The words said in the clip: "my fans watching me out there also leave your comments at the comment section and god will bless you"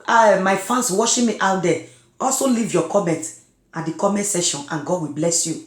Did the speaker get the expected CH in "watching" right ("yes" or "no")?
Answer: no